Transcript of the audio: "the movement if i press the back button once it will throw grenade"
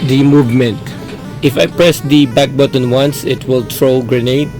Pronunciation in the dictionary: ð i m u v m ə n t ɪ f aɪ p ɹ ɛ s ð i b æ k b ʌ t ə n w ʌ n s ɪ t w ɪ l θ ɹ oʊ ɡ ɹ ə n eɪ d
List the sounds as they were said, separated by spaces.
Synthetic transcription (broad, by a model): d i m u v m ə n t ɪ f aɪ p ɹ ɛ s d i b æ k b ʌ t ə n w ʌ n s ɪ t w ɪ l t ɹ oʊ ɡ ɹ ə n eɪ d